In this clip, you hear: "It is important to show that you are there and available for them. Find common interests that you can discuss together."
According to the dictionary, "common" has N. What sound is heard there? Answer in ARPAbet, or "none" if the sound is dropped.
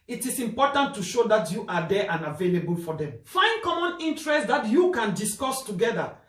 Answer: N